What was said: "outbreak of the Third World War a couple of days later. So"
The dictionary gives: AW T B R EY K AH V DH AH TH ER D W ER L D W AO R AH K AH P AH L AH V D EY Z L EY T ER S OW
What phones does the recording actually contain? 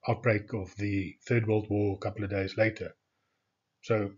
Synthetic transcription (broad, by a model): AW T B R EY K AH V DH AH TH ER D W ER L D W AO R AH K AH P L AH V D EY Z L EY T ER S OW